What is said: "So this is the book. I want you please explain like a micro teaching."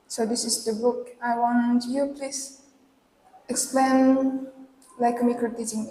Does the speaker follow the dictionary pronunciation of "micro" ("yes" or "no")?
no